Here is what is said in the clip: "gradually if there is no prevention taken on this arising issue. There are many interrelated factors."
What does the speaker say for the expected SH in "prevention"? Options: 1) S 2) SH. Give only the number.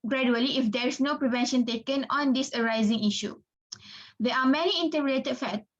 2